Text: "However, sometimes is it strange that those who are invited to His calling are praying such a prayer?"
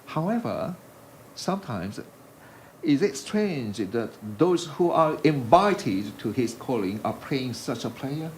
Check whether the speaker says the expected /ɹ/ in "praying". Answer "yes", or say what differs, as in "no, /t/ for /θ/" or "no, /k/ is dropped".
no, /l/ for /ɹ/